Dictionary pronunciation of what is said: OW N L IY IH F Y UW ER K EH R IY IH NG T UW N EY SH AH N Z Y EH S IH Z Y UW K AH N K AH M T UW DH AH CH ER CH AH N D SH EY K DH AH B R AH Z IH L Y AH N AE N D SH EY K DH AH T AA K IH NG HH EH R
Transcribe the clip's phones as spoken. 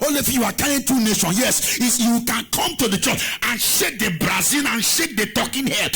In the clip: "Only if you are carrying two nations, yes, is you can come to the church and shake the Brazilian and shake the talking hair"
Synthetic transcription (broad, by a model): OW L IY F Y UW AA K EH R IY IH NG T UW N EY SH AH N Y EH S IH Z Y UW K AH N K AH M T UW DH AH CH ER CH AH N SH EY K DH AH B R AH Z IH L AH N N SH EY K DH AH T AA K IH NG HH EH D